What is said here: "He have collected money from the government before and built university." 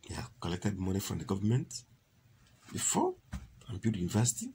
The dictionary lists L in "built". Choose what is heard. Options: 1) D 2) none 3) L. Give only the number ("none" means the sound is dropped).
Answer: 2